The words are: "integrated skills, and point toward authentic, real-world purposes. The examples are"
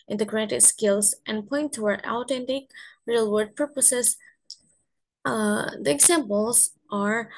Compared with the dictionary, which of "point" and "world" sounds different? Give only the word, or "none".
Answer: world